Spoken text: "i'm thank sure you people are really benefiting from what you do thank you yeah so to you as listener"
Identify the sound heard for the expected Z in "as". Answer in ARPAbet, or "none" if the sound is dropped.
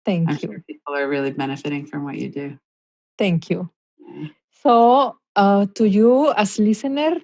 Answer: S